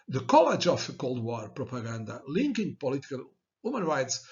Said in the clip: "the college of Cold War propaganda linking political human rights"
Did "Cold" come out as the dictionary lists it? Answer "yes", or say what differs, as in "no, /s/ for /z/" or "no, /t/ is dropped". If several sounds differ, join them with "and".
yes